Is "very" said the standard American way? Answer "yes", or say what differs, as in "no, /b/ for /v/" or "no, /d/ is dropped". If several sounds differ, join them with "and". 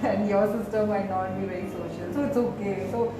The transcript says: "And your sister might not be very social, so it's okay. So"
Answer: no, /ɹ/ is dropped